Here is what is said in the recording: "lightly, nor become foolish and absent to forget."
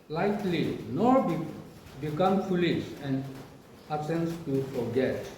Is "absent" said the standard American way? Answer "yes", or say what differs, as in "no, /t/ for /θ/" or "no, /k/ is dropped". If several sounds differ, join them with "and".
no, /b/ is dropped